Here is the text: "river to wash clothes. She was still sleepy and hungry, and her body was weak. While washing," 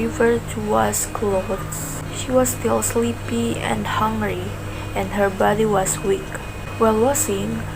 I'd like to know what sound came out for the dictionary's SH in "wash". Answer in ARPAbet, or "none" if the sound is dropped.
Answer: S